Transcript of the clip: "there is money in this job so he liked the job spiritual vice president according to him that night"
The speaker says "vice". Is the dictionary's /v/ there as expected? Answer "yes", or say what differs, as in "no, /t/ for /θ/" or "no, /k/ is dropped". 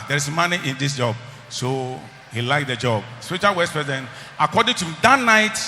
no, /w/ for /v/